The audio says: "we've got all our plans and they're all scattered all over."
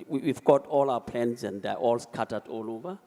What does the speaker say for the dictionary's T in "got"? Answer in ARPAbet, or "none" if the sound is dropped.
T